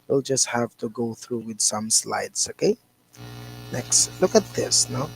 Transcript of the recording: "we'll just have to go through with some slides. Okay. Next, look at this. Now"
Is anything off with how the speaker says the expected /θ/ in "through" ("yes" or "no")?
no